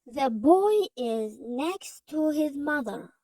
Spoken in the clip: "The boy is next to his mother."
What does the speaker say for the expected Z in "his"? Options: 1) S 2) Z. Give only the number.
2